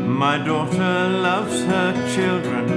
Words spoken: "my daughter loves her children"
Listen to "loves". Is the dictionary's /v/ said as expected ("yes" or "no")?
yes